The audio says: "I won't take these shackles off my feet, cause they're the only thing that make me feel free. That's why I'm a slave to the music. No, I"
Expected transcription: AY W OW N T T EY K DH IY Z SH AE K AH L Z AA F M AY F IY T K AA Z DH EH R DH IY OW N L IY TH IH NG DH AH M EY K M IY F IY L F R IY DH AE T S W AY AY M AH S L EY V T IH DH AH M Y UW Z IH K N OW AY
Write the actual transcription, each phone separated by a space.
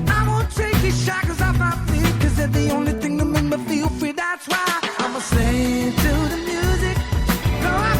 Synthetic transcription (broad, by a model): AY W OW N T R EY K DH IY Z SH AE K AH Z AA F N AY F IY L K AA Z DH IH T DH IY OW N L IY TH IH NG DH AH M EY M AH F IY L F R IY DH AE T S W AY AY M AH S EY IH T IH DH AH M Y UW Z IH K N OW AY